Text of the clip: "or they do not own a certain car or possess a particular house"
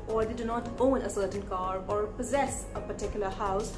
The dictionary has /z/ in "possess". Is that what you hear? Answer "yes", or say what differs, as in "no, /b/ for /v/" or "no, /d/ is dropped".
yes